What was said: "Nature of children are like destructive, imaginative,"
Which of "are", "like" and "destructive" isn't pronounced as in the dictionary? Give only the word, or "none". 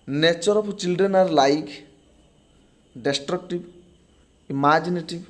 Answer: destructive